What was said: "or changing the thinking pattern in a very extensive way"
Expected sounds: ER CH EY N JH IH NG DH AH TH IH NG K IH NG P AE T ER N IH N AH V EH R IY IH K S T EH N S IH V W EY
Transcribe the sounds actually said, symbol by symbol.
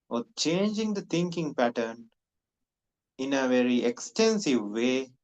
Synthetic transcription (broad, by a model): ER CH EY N JH IH NG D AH T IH NG K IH NG P AE T ER N IH N AH V EH R IY IH K S T EH N S IH V EY